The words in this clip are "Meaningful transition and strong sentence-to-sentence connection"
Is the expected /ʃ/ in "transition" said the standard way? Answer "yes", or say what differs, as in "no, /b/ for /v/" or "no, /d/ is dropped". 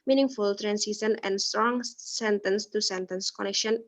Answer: no, /s/ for /ʃ/